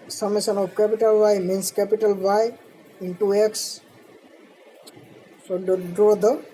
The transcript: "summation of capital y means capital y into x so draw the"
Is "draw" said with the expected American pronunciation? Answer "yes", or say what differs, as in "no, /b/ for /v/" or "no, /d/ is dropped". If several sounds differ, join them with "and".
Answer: yes